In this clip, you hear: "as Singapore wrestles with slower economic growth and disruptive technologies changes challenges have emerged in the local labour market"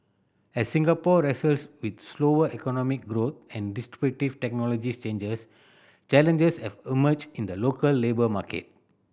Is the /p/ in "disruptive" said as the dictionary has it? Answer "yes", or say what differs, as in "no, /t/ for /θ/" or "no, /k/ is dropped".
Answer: no, /b/ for /p/